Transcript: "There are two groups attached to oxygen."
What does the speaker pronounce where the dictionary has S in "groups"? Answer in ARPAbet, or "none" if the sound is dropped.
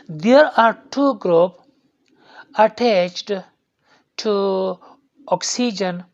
none